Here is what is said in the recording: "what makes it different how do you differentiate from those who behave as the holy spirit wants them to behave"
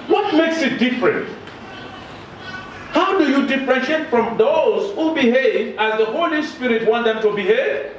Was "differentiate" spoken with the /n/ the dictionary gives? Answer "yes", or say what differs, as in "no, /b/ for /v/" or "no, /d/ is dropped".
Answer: no, /n/ is dropped